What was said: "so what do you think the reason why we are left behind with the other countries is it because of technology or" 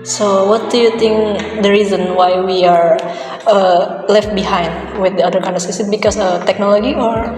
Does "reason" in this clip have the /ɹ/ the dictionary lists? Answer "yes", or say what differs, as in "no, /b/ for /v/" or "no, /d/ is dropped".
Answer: yes